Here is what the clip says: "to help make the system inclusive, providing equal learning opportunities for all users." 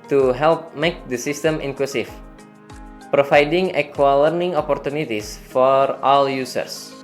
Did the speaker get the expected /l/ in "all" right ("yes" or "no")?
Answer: yes